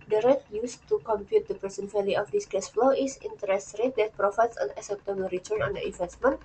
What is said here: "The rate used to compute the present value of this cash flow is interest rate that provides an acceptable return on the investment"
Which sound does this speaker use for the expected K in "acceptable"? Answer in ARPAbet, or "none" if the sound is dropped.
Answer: none